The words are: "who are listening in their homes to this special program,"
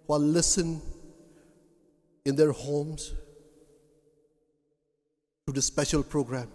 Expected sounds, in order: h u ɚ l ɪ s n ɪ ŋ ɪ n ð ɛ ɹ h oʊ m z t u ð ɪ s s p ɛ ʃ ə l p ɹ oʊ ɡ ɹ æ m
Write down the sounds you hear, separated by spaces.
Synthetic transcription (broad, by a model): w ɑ l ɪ s ɪ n ɪ n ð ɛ ɹ h oʊ m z t u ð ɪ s s p ɛ ʃ ə l p ɹ oʊ ɡ ɹ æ m